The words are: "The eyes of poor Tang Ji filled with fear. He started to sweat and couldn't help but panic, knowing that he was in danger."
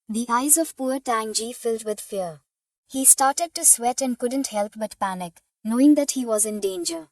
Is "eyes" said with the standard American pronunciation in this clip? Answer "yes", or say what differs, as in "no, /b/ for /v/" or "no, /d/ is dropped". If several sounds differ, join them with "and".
yes